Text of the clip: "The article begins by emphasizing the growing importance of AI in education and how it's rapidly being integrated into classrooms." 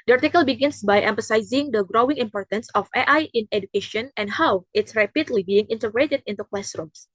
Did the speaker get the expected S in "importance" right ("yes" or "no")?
yes